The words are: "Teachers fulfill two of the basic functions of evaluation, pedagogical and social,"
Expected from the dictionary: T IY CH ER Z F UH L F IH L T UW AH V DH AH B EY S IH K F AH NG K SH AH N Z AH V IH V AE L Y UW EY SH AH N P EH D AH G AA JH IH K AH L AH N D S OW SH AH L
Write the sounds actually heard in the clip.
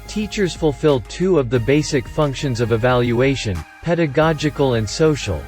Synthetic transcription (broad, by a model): T IY CH ER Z F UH L F IH L T UW AH V DH AH B EY S IH K F AH NG K SH AH N Z AH V IH V AE L Y UW EY SH AH N P EH D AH G AA JH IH K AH L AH N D S OW SH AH L